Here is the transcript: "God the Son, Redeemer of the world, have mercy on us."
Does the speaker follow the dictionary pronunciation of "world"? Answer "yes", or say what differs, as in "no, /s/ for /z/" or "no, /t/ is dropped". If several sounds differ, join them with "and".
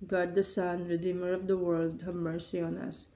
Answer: yes